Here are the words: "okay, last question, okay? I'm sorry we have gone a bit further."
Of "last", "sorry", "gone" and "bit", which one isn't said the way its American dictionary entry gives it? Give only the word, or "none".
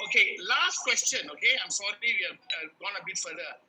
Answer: sorry